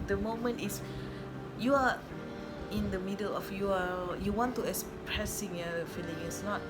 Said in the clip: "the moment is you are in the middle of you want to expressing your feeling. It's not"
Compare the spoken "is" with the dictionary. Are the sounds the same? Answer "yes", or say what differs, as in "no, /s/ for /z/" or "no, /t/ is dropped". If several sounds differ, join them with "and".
no, /s/ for /z/